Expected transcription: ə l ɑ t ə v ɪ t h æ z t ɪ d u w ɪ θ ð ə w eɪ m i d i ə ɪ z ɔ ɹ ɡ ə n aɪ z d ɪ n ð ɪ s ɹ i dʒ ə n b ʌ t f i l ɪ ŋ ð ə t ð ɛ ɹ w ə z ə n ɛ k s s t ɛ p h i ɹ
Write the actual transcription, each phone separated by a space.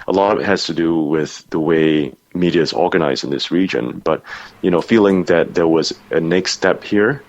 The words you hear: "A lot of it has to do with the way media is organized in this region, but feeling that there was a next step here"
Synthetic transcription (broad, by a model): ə l ɑ t ə v ɪ t h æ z t ɪ d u w ɪ ð ə w eɪ m i d i ɪ z ɔ ɹ ɡ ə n aɪ z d ɪ n ð ɪ s ɹ i dʒ ə n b ʌ t f i l ɪ ŋ ð ə t ð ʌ ɹ w ə z ə n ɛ k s s t ɛ p h i ɹ